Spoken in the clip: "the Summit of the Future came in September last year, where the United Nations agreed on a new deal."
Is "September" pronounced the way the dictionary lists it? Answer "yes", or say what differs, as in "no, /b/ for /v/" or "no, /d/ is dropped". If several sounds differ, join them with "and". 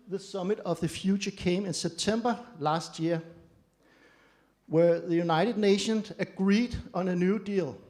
no, /b/ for /p/